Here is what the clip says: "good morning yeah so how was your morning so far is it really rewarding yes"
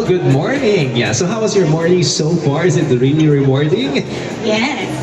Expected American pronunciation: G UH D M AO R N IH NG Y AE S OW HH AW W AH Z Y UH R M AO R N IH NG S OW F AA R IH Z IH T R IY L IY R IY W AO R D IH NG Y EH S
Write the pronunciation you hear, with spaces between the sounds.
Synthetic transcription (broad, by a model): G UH D M AO R N IH NG Y AE S OW HH AW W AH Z Y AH R M AO R N IH NG S OW F AA R IH Z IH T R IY N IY R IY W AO R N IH NG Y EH